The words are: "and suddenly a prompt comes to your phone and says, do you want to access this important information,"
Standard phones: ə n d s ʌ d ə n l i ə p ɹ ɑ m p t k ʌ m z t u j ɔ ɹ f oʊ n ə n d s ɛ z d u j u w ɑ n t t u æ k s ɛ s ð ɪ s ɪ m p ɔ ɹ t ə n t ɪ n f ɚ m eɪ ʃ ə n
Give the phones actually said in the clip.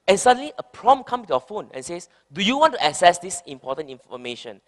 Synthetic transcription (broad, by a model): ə n s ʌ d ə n l i ə p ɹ ɑ m k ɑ m t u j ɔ f oʊ n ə n s ɛ s d u j u w ɑ n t t u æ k s ɛ s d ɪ s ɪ m p ɔ t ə n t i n f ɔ m eɪ ʃ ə n